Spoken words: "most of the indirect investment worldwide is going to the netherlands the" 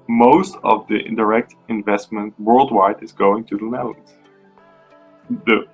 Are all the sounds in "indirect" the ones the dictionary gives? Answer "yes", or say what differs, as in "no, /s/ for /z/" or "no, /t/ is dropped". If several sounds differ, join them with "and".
yes